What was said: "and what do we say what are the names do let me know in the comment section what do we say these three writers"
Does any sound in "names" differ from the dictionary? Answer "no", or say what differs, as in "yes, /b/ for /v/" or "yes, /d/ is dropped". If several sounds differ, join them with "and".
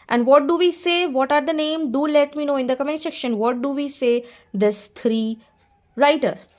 yes, /z/ is dropped